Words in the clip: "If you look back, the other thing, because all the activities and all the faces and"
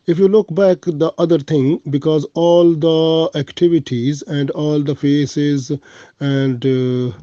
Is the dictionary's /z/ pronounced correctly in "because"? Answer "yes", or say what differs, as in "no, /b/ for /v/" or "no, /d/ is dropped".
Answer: yes